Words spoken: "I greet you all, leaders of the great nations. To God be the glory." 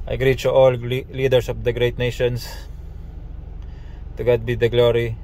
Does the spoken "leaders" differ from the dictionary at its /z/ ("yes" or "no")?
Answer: yes